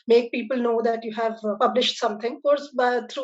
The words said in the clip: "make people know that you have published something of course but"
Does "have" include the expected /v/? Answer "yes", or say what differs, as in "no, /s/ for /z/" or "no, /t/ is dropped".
yes